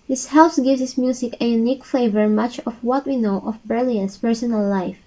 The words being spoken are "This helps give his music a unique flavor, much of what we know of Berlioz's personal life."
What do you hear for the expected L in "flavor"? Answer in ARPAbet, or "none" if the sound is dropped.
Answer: none